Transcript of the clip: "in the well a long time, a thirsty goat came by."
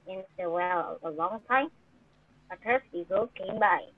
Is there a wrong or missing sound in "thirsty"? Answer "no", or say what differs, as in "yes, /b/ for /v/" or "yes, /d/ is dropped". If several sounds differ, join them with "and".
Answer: yes, /t/ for /θ/